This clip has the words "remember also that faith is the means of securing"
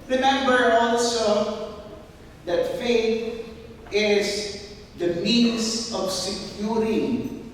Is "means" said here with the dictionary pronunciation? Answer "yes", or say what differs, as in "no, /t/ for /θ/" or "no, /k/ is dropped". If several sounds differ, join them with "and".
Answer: no, /s/ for /z/